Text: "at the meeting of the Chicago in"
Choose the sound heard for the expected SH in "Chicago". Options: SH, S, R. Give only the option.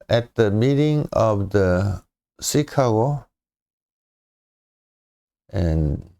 S